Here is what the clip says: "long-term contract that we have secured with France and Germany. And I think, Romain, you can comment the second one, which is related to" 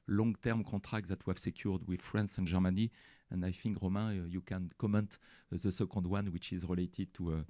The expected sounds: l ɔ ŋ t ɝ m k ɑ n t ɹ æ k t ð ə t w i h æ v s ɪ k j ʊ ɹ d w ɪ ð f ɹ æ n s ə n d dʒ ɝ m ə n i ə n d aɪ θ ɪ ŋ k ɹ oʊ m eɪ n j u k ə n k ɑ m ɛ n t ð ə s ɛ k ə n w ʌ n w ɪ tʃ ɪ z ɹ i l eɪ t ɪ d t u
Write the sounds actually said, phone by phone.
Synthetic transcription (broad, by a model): l ɔ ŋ t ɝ m k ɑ t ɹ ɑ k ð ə t w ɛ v s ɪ k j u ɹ d w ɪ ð f ɹ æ n s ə n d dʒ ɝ m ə n i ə n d aɪ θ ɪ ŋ k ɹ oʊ m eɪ j u k ə n k ɑ m ɛ n t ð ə s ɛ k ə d w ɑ n w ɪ tʃ ɪ z ɹ i l eɪ t ɪ d t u